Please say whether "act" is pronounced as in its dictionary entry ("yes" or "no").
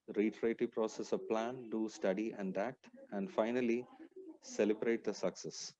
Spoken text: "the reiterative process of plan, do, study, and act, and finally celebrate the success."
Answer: yes